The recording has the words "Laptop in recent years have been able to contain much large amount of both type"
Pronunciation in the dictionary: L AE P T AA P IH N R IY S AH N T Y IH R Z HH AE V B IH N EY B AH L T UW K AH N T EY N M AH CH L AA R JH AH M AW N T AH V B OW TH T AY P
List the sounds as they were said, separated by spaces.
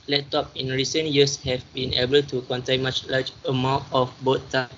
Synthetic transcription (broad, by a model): L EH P T AA P IH N R IY S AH N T Y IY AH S HH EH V B IH N EY B AH L T UW K AH N T EY N M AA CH L AA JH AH M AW T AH F B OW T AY